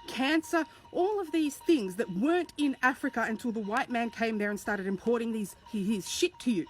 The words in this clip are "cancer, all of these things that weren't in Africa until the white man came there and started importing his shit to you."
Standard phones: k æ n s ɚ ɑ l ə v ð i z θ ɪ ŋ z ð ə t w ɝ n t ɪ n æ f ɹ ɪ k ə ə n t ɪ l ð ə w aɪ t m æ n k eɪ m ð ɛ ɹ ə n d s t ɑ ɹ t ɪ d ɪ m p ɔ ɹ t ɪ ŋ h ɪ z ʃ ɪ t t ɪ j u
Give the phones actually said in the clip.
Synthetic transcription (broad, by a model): k æ n s ɚ ɑ l ə v ð i z θ ɪ ŋ z ð ə t w ɝ n t ɪ n æ f ɹ ɪ k ə ə n t ɪ l ð ə w aɪ t m æ n k eɪ m ð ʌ ɹ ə n s t ɑ ɹ t ɪ d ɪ m p ɔ ɹ t ɪ ŋ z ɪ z ʃ ɪ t t ɪ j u